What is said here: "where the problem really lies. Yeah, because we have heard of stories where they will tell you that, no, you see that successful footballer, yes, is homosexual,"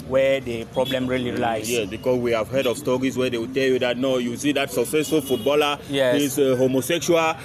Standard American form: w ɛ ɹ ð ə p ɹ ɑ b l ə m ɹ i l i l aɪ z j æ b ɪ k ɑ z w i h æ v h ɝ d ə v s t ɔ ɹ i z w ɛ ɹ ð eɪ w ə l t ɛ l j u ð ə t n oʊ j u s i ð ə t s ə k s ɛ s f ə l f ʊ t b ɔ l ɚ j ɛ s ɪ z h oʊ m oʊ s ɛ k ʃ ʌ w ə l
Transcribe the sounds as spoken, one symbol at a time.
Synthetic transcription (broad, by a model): w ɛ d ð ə p ɹ ɑ b l ə m ɹ i l i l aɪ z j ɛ b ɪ k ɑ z w i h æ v h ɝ d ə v s t ɔ ɹ i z w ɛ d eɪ w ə t ɛ l j u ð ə t n oʊ j u s i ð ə t s ə k s ɛ s f ə l f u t b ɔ l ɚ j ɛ ɪ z h oʊ m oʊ s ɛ k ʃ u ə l